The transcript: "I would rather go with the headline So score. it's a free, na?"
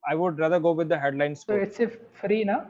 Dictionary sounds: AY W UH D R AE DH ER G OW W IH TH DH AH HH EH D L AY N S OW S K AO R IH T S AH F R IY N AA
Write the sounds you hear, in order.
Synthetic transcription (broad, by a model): AY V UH D R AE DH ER G OW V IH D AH HH EH D L AY N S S AO IH T S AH F R IY N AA